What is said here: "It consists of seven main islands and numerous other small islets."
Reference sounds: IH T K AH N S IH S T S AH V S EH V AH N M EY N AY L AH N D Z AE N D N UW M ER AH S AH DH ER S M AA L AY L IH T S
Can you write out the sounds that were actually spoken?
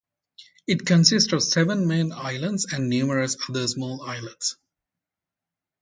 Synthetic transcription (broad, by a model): IH T K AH N S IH S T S AH V S EH V AH N M EY N AY L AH N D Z AE N D N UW M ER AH S AH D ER S M AA L AY L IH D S